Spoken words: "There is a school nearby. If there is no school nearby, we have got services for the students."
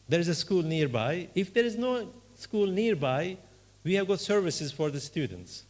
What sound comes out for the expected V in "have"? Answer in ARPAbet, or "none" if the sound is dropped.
V